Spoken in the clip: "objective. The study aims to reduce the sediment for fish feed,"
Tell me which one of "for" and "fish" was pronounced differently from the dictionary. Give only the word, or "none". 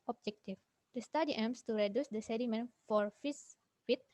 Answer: fish